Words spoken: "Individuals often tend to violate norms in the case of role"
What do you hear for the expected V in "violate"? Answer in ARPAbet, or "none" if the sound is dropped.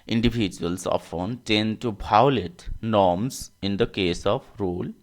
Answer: B